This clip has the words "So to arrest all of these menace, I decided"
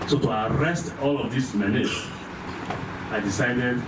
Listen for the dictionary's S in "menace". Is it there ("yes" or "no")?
no